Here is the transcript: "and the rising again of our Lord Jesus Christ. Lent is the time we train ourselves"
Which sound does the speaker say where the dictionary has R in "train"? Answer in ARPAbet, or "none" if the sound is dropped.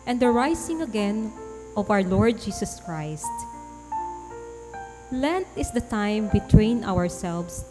W